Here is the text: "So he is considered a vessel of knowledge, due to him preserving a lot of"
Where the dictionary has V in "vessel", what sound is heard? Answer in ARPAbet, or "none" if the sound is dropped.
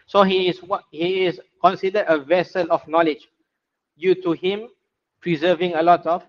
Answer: V